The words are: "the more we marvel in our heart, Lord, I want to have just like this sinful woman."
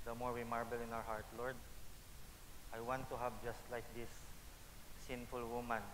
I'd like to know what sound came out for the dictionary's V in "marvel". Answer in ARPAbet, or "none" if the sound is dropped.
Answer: B